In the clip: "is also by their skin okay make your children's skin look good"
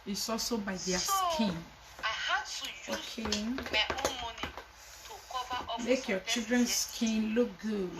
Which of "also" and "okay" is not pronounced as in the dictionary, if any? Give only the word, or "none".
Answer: none